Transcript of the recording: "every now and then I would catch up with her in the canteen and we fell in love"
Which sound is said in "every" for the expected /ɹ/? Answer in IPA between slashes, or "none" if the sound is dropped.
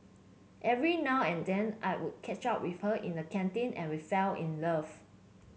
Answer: /ɹ/